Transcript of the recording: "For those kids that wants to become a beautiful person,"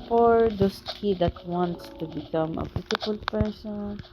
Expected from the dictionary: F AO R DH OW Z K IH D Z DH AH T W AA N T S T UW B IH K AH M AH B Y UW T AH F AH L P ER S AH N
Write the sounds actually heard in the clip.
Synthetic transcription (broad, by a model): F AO R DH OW S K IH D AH T W AA N T S T UW B IH K AH M AH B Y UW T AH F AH L P ER S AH N